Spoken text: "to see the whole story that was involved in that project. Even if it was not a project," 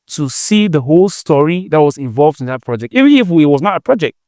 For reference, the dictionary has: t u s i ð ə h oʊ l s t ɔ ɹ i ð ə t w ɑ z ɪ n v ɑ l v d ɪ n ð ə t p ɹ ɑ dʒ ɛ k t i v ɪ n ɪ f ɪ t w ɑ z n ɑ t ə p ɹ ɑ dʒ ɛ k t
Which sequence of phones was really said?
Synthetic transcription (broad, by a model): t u s i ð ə h oʊ l s t ɔ ɹ i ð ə t w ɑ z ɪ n v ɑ l v d ɪ n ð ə t p ɹ ɑ dʒ ɛ k t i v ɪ ɪ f ɪ t w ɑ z n ɑ t ə p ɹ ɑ dʒ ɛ k t